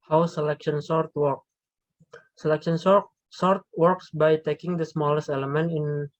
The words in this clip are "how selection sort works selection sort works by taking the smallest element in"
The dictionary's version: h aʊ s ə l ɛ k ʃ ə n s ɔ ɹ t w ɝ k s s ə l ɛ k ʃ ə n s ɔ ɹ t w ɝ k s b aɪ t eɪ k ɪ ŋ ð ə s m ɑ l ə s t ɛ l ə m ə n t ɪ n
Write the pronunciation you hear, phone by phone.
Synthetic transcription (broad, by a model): h aʊ s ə l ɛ k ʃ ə n s ɔ ɹ t w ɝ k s s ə l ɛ k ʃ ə n s ɔ ɹ t w ɝ k s b aɪ t eɪ k ɪ ŋ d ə s m ɑ l ə s t ɛ l ə m ə n t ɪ n